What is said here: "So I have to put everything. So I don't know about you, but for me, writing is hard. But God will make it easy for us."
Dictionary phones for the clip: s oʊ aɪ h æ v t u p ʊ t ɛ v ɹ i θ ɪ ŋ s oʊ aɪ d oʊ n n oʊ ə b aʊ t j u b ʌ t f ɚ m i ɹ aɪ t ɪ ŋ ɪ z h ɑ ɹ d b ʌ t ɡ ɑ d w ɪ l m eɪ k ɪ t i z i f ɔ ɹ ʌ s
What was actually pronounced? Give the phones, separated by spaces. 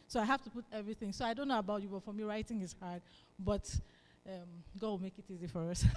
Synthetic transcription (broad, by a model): s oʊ aɪ h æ f t u p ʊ t ɛ v ɹ i θ ɪ ŋ s oʊ aɪ d oʊ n n oʊ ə b aʊ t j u b ʌ t f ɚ m i ɹ aɪ t ɪ ŋ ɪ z h ɑ ɹ d b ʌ t ɡ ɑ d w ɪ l m eɪ k ɪ t i z i f ɔ ɹ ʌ s